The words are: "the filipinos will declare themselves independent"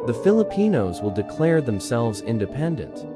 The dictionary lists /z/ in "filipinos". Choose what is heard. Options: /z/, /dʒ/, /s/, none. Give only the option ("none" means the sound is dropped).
/z/